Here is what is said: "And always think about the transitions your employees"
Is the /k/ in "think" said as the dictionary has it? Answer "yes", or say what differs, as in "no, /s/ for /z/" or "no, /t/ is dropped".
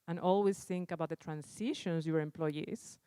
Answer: yes